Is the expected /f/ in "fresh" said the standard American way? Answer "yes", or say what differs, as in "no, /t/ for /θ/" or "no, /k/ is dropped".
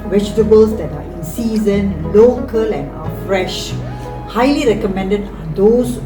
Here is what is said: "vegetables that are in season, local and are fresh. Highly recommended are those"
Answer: yes